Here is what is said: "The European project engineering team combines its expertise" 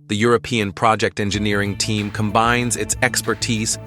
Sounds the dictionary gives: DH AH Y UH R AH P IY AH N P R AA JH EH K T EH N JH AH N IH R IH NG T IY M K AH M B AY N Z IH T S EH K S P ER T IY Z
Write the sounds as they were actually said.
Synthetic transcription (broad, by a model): DH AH Y UH R AH P IY AH N P R AA JH EH K T EH N JH AH N IH R IH NG T IY M K AH M B AY N Z IH T S EH K S P ER T IY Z